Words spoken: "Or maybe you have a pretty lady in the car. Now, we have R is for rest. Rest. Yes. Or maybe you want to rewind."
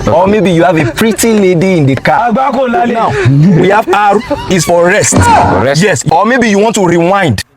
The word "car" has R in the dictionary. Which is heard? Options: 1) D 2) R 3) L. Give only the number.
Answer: 3